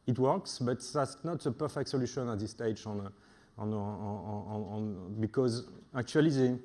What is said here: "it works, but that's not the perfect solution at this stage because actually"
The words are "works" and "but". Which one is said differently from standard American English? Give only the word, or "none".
none